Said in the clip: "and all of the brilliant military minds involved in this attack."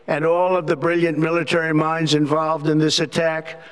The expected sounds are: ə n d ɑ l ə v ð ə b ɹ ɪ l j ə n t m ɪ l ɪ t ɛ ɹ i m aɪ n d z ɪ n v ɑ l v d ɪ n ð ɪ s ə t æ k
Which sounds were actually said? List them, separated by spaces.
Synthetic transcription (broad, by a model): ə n ɑ l ə v ð ə b ɹ ɪ l j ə n m ɪ l ɪ t ɛ ɹ i m aɪ n d z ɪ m v ɑ l v d ɪ n ð ɪ s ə t æ k